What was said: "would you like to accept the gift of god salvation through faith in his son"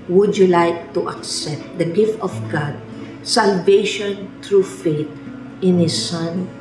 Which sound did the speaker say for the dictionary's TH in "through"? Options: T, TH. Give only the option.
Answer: T